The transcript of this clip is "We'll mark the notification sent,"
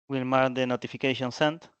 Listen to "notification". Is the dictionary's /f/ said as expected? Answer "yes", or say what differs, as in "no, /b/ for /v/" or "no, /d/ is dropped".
yes